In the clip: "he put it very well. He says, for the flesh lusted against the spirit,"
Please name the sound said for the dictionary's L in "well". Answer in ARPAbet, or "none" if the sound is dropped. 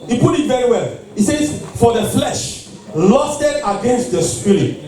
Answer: L